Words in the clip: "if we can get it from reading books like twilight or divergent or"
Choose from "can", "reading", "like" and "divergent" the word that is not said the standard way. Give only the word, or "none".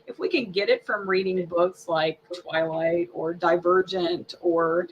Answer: none